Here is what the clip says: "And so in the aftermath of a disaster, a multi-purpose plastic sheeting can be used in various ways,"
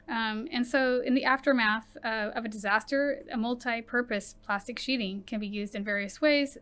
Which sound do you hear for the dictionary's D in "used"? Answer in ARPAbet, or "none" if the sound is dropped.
D